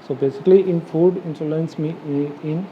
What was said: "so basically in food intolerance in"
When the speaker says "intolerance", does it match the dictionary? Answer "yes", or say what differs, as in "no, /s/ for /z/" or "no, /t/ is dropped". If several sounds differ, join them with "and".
no, /s/ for /t/